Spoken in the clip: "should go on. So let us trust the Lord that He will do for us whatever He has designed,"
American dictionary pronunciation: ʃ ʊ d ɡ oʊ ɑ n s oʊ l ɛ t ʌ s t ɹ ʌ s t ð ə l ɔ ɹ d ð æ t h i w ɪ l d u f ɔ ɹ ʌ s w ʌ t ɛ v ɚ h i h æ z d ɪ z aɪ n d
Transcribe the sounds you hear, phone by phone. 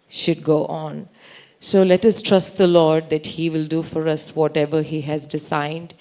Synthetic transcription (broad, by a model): ʃ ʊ d ɡ oʊ ɑ n s oʊ l ɛ t ʌ s t ɹ ʌ s t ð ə l ɔ ɹ d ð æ t h i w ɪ l d u f ɔ ɹ ʌ s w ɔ t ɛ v ɚ h i h æ z d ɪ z aɪ n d